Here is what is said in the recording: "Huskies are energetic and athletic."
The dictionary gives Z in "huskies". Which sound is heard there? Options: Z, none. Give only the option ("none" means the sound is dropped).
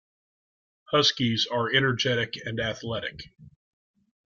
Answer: Z